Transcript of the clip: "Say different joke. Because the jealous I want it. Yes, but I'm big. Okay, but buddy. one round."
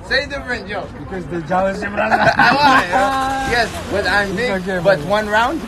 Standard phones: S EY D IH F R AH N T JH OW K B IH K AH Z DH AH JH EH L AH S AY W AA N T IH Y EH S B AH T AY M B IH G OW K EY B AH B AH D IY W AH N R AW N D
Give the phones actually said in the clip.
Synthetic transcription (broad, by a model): S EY D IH F R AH N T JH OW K B IH K AH Z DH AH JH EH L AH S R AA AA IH IH Y EH S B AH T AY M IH OW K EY B AH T W AH N R AW N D